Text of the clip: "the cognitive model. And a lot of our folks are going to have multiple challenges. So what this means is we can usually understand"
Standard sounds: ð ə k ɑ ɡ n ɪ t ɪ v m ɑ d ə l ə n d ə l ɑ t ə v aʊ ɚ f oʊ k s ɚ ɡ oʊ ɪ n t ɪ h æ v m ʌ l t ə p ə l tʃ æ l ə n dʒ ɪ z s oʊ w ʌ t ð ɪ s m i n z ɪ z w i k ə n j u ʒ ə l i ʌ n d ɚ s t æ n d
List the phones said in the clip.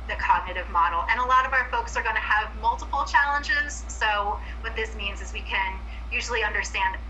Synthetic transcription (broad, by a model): ð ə k ɑ ɡ n ɪ t ɪ v m ɑ d l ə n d ə l ɑ t ə v aʊ ɚ f oʊ k s ɚ ɡ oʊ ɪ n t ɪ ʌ v m ʌ l t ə p l tʃ æ l ə n dʒ ɪ z s oʊ w ʌ t ð ɪ s m i n z ɪ z w i k ə n j u ʒ l i ʌ n d ɚ s t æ n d